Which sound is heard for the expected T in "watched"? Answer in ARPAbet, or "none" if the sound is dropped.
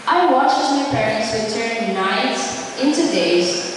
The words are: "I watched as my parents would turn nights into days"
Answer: none